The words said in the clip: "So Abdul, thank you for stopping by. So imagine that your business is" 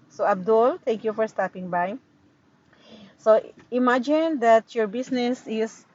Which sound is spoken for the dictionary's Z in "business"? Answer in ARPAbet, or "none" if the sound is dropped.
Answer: S